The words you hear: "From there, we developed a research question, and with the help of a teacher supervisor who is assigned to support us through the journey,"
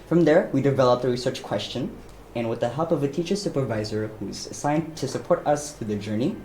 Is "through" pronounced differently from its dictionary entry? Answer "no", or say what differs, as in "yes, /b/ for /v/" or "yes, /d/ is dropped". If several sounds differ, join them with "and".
yes, /f/ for /θ/